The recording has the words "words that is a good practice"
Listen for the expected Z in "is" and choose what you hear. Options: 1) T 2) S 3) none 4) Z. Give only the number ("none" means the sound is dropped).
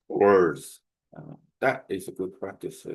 4